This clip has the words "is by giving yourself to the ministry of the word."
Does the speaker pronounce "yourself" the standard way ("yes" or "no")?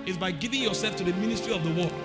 yes